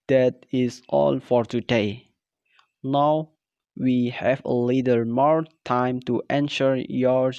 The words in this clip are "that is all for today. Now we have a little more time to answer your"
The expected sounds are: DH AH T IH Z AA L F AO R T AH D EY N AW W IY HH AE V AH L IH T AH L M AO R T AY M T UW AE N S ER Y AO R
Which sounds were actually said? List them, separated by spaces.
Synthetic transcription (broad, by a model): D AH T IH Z AA L F AO R T AH D EY N AW W IY HH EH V AH L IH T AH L M AO R T AY M T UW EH N SH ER Y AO R